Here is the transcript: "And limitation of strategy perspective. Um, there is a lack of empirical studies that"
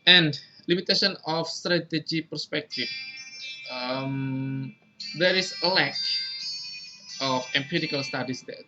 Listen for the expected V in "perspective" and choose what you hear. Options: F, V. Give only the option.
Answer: F